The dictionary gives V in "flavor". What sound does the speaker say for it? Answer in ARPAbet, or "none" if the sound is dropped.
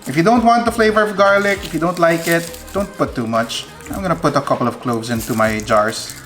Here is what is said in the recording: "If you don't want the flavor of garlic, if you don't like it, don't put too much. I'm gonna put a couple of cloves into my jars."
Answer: V